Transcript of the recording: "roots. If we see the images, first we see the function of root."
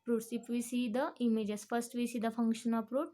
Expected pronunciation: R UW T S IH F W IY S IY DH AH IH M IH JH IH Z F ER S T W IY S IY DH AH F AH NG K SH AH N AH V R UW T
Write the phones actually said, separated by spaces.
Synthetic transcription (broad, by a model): R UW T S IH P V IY S IY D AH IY M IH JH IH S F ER S T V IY S IY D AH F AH NG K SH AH N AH P R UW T